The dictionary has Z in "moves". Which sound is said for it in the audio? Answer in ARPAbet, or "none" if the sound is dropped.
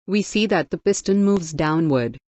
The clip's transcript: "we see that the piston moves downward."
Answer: Z